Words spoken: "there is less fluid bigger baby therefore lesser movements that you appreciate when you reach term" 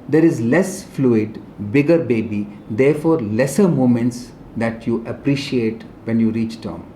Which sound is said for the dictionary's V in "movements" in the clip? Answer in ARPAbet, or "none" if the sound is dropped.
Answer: none